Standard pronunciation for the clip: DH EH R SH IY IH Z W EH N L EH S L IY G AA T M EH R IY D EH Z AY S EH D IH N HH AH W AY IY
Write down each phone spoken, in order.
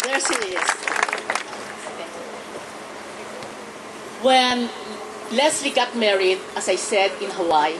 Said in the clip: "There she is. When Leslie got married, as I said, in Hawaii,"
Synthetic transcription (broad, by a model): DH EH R S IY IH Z W EH N L EH S L IY G AA T M EH R IY D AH S AY S EH D IH N HH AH W AY